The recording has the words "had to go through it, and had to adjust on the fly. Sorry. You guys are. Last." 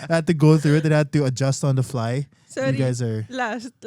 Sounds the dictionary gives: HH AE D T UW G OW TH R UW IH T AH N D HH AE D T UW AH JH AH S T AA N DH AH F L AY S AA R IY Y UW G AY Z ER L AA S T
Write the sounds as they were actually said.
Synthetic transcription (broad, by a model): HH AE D T UW G OW TH R UW IH T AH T HH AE D T UW AH JH AH S T AA N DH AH F L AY AA IY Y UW G AY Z ER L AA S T